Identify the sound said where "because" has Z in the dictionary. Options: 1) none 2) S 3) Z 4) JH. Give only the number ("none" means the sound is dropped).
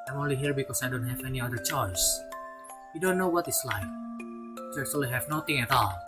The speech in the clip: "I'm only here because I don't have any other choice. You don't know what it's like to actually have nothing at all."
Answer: 2